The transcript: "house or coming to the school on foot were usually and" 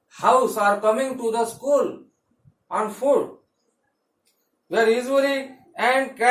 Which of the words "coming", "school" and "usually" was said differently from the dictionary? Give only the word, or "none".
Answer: usually